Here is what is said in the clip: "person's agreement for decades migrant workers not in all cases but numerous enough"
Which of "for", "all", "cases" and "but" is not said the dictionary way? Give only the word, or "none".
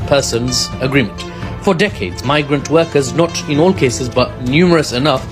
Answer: none